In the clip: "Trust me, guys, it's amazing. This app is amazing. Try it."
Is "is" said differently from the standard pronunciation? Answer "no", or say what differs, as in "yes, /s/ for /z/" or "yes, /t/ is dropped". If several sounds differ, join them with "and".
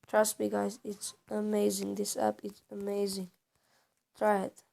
yes, /s/ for /z/